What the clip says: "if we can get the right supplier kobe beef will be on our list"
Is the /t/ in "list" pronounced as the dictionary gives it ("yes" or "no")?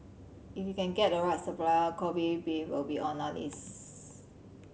no